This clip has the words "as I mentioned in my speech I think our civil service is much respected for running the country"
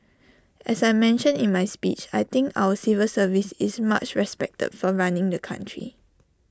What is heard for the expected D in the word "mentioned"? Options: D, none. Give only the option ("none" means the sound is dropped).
none